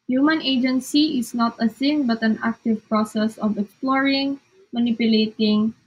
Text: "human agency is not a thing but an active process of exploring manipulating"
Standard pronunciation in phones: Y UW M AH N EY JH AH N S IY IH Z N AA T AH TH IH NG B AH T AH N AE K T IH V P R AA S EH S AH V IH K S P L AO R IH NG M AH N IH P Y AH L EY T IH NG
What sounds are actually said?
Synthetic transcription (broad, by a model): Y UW M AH N EY JH AH N S IY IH S N AA T AH S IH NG B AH T AH N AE K T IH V P R AA S EH S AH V IH K S P L AO R IH NG M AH N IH P Y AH L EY T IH NG